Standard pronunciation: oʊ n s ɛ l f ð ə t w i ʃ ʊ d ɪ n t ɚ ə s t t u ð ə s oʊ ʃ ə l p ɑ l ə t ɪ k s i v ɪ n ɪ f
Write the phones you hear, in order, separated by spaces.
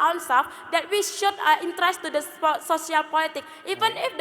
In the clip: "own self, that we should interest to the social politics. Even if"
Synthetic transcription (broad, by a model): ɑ n s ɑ f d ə t w i ʃ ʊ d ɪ n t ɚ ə s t t u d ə s oʊ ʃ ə l p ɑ l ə t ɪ k i v ɪ n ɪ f